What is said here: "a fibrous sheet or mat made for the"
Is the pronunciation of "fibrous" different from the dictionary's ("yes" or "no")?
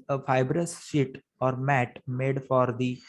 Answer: no